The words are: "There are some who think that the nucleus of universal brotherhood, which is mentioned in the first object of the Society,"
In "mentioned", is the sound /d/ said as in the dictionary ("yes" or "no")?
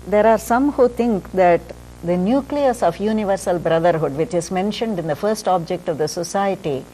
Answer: yes